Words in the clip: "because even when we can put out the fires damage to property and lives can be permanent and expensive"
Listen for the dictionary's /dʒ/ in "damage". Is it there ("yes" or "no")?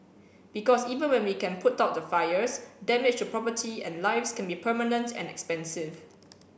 no